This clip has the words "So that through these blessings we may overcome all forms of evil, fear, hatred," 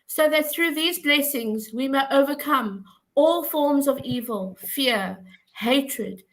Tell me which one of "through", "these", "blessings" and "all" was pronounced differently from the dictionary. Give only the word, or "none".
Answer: none